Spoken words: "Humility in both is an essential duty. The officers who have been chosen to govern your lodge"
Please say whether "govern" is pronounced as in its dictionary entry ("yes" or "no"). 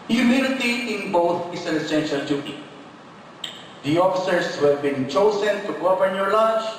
no